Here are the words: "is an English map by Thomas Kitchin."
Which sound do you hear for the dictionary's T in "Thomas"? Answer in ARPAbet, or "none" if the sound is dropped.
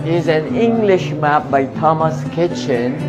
T